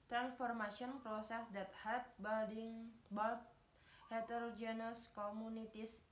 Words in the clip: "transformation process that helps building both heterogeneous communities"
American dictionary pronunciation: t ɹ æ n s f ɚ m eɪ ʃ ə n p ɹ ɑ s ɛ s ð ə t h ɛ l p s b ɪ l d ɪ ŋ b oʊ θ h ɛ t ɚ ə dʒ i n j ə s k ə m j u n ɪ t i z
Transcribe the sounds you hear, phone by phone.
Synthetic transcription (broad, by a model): t ɹ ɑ n s f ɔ m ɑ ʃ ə n p ɹ ɑ s ɛ s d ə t h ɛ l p b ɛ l d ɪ ŋ b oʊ t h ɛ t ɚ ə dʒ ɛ n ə s k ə m u n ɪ t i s